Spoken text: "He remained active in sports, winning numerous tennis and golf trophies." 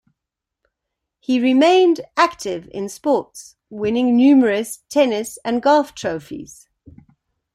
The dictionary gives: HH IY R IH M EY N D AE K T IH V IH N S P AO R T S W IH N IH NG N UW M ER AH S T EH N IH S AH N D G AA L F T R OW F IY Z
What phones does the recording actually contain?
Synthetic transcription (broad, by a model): HH IY R IH M EY N D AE K T IH V IH N S P AO T S W IH N IH NG N UW M ER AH S T EH N IH S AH N G AA F T R OW F IY Z